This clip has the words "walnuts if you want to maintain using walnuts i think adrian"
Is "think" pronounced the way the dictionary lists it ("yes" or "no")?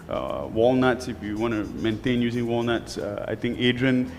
no